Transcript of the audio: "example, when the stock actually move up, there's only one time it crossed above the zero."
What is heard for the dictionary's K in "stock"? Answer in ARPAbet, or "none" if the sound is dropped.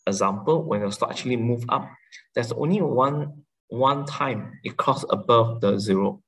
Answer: none